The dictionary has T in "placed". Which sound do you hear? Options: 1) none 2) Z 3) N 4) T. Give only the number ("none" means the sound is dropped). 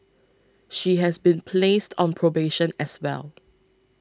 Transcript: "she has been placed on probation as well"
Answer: 4